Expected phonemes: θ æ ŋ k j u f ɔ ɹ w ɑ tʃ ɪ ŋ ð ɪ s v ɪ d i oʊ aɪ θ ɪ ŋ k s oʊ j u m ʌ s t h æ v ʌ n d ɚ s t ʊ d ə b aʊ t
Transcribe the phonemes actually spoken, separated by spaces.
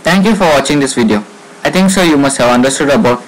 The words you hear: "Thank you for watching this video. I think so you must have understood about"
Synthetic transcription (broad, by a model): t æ ŋ k j u f ɔ ɹ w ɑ tʃ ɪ ŋ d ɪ s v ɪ d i oʊ aɪ t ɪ ŋ k s oʊ j u m ʌ s t h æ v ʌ n d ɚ s t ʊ d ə b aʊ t